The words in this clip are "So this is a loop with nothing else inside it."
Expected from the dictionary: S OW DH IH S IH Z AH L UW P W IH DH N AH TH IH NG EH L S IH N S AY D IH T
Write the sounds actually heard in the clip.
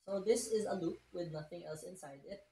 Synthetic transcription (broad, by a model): S OW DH IH S IH Z AH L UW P W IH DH N AH TH IH NG EH L S IH N S AY D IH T